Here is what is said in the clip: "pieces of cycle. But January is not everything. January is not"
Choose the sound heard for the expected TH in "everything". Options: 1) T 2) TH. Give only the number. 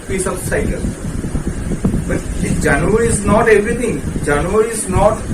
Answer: 1